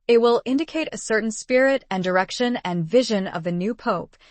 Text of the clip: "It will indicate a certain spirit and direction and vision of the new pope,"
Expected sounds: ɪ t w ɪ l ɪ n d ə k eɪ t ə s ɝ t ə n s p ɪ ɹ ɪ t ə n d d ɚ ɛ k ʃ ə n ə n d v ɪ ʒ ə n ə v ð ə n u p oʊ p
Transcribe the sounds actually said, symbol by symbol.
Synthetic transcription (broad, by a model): ɪ t w ɪ l ɪ n d ə k eɪ t ə s ɝ t n s p ɪ ɹ ɪ t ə n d d ɚ ɛ k ʃ ə n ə n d v ɪ ʒ ə n ə v ð ə n u p oʊ p